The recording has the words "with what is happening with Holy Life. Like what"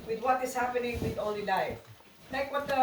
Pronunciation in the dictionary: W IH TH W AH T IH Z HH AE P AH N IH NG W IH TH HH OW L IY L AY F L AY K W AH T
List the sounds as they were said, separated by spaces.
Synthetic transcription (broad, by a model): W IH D W AH T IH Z HH AE P AH N IH NG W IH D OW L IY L AY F N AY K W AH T